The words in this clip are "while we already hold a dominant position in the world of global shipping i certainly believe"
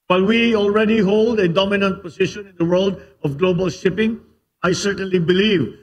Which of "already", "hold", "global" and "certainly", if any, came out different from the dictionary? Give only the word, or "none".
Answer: none